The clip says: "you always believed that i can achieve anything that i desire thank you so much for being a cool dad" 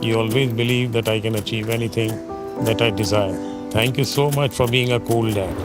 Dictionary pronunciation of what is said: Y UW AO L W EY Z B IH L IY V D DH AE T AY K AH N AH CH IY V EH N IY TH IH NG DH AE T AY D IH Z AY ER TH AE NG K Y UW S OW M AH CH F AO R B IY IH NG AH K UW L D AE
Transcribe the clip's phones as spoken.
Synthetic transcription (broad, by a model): Y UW AO L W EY Z B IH L IY V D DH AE T AY K AH N AH CH IY V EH N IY T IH NG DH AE T AY D IH Z AY ER T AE NG K Y UW S OW M AH CH F AO R B IY IH NG AH K UW L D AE